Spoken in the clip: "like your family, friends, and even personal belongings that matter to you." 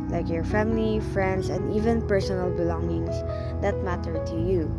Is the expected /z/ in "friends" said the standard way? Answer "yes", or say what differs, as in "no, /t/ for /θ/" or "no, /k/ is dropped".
no, /s/ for /z/